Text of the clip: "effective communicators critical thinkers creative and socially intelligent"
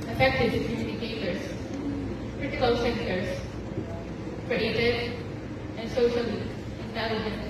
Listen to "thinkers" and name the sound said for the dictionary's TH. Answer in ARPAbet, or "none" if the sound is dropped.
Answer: S